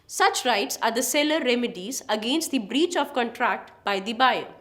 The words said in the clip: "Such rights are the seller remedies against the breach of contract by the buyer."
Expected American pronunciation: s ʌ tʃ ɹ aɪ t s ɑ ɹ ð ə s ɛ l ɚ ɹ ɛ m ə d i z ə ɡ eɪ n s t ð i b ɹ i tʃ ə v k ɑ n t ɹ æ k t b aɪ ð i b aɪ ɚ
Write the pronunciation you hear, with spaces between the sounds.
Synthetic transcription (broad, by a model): s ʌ tʃ ɹ aɪ t s ɑ ɹ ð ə s ɛ l ɚ ɹ ɛ m ə d i z ə ɡ eɪ n s t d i b ɹ i tʃ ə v k ɑ n t ɹ æ k t b aɪ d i b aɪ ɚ